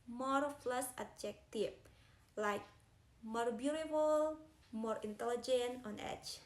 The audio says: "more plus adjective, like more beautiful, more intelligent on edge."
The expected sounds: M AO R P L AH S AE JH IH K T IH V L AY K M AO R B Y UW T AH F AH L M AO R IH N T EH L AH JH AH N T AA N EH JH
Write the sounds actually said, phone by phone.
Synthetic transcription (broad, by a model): M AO R F L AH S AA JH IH K T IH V L AY K M AO R B Y UW T AH F AH L M AO R IH N T EH L AH JH AH N T AA N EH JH